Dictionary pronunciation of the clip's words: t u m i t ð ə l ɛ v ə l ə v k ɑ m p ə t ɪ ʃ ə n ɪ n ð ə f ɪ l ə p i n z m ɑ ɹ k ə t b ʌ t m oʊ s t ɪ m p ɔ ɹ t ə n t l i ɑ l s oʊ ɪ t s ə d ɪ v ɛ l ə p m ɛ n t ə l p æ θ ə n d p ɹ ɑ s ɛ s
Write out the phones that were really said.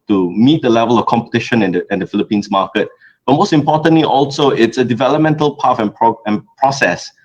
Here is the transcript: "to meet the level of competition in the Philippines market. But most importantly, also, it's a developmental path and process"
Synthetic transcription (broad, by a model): t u m i t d ə l ɛ v ə l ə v k ɑ m p ə t ɪ ʃ ə n ɪ n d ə f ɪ l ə p i n s m ɑ k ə t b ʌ t m oʊ s t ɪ m p ɔ t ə n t l i ɑ l s oʊ ɪ t s ə d ɪ v ɛ l ə p m ɛ n t ə l p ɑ f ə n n p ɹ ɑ s ɛ s